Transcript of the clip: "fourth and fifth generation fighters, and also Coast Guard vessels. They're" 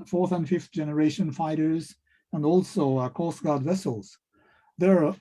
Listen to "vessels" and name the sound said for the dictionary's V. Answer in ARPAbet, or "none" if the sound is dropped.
V